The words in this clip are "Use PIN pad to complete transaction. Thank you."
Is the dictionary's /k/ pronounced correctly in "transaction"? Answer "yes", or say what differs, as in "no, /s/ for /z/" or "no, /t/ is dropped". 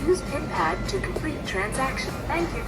yes